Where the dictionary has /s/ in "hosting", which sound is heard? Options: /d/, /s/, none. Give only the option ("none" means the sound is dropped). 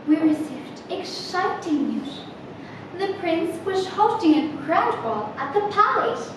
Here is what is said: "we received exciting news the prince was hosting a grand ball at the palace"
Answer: none